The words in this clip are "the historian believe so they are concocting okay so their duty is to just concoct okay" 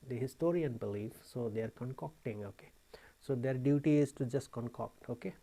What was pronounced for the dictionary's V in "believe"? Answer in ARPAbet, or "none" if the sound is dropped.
F